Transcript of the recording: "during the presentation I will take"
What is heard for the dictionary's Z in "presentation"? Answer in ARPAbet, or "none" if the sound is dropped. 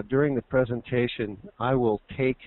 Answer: Z